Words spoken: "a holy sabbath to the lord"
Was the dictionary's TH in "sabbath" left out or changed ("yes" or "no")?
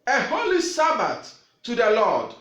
yes